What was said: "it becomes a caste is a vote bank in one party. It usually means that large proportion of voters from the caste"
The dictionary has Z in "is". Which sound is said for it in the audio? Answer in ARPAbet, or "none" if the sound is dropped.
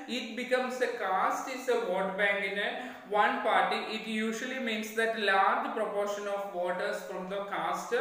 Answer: S